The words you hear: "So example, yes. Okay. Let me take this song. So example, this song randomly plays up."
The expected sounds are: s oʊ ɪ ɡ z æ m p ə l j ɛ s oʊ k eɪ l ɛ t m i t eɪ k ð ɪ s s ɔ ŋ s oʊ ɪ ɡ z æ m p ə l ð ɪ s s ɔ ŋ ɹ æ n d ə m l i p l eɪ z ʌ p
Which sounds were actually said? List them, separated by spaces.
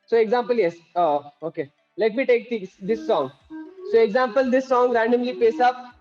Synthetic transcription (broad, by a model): s oʊ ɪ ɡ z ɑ m p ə l j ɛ s oʊ k eɪ l ɛ t m i t eɪ k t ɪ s s ɔ ŋ s oʊ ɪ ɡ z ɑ m p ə l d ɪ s s ɔ ŋ ɹ æ n d ə m l i p eɪ s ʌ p